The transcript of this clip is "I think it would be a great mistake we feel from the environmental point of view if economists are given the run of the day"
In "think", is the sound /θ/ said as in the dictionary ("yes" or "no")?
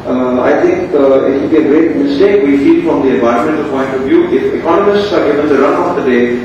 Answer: no